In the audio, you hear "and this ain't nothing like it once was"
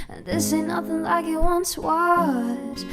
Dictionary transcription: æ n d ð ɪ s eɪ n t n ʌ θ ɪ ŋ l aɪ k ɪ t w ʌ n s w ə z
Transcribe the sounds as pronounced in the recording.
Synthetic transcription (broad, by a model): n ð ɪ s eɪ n n ʌ θ ɪ ŋ l aɪ k ɪ t w ʌ n s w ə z